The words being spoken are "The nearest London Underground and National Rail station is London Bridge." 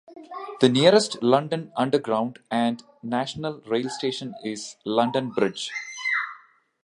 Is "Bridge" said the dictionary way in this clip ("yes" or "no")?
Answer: yes